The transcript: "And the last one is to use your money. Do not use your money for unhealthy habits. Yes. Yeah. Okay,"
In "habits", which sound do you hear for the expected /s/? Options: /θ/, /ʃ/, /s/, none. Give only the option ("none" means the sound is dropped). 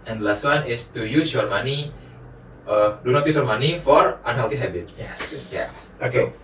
none